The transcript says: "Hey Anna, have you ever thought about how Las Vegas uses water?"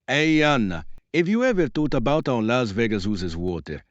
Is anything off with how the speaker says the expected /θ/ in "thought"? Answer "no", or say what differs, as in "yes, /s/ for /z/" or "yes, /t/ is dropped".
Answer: yes, /t/ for /θ/